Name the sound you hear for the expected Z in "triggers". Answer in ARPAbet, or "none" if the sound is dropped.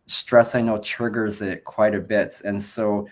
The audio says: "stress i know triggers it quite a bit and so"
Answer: Z